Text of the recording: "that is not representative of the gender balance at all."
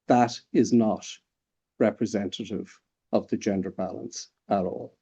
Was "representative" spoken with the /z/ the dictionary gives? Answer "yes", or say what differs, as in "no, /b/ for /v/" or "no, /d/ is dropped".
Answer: yes